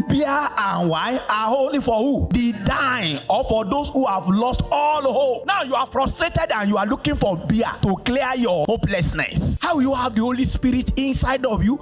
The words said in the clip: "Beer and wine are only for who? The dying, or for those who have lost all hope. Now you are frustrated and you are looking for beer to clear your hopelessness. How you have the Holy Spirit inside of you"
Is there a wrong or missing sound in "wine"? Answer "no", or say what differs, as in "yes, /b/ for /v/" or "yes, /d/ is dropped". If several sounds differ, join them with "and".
yes, /n/ is dropped